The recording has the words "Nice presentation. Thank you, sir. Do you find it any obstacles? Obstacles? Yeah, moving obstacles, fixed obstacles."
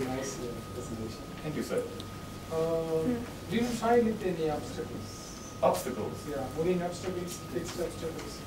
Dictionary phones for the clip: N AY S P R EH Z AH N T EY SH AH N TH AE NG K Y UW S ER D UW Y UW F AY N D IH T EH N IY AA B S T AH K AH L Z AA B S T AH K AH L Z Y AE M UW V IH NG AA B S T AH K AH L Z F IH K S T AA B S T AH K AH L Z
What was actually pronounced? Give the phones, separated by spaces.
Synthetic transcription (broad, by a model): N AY S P R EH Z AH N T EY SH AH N T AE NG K Y UW S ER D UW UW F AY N IH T EH N IY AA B S T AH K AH L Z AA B S T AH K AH L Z Y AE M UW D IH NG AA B S T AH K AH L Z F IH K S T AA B S T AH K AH L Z